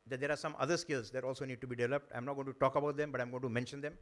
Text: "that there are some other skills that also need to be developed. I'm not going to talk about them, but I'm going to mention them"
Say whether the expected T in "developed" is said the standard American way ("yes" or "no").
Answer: yes